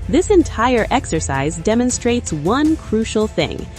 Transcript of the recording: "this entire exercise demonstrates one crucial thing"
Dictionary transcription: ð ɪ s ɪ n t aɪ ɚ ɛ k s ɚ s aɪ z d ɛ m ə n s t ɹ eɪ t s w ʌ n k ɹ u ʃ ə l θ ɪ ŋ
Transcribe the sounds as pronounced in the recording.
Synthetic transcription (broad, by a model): ð ɪ s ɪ n t aɪ ɚ ɛ k s ɚ s aɪ z d ɛ m ə n s t ɹ eɪ t s w ʌ n k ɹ u ʃ l θ ɪ ŋ